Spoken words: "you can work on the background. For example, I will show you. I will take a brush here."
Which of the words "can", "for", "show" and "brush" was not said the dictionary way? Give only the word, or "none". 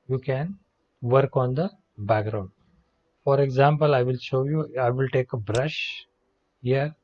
none